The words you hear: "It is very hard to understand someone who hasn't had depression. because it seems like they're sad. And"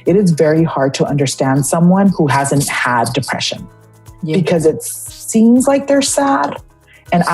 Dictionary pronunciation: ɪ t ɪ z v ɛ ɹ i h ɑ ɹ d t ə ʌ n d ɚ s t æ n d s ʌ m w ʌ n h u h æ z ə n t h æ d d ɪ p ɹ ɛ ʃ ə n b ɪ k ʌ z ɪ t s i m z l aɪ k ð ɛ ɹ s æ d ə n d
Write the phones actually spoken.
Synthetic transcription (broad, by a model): ɪ t ɪ z v ɛ ɹ i h ɑ ɹ d t ə ʌ n d ɚ s t æ n d s ʌ m w ʌ n h u h æ z ə n t h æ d d ɪ p ɹ ɛ ʃ ə n b ɪ k ʌ z ɪ t s i m z l aɪ k ð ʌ ɹ s æ d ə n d